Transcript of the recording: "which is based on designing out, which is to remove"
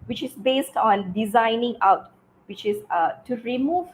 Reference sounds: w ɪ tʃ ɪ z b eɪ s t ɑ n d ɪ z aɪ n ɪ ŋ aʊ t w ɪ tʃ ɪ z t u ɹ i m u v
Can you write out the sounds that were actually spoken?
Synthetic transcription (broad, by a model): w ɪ tʃ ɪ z b eɪ s t ɑ n d ɪ z aɪ n ɪ ŋ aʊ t w ɪ tʃ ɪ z t u ɹ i m u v